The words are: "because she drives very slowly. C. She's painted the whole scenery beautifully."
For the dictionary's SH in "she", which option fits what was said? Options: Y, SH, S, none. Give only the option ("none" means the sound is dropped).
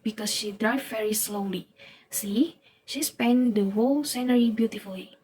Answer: SH